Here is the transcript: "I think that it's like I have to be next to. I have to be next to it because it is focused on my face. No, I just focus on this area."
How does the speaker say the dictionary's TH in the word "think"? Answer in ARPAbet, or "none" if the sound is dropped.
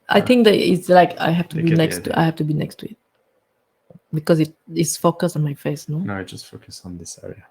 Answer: T